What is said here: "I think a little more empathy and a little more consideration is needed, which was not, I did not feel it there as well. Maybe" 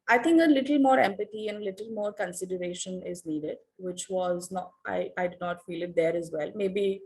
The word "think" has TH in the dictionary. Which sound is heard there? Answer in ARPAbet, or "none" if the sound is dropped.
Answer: T